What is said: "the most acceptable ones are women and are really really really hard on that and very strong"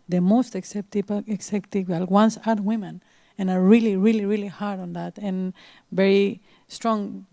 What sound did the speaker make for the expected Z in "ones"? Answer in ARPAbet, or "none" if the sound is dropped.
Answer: S